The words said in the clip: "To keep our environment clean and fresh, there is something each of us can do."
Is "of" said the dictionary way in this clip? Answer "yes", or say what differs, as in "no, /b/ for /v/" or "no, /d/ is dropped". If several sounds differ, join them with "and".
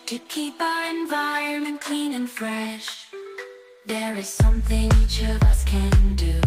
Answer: yes